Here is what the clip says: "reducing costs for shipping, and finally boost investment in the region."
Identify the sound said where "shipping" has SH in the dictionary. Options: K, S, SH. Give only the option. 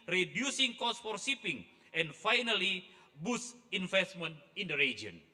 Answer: S